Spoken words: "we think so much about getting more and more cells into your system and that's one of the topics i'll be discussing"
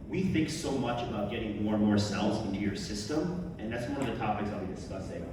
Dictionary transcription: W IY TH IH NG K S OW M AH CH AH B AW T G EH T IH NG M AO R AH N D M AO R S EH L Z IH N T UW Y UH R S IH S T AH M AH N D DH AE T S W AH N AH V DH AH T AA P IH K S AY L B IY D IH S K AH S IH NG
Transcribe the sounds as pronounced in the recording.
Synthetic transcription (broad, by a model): W IY TH IH NG K S OW M AH CH AH B AW T G EH T IH NG M AO R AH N M AO R S EH L Z IH N T UW Y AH R S IH S T AH M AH N DH AE T S W AH N AH V DH AH T AA P IH K S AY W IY D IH S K AH S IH